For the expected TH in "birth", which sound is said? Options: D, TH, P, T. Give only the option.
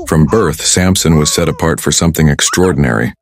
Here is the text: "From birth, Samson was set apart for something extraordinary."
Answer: TH